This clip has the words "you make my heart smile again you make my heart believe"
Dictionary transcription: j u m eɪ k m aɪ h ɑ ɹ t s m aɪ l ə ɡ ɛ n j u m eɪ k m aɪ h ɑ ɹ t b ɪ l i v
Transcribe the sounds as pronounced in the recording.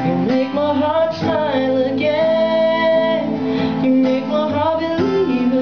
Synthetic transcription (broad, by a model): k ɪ m eɪ k m aɪ h ɑ ɹ t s aɪ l ə ɡ ɛ n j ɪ m eɪ k m aɪ h ɑ ɹ t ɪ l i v